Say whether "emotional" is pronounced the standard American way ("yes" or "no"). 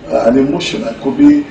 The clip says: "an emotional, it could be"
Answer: no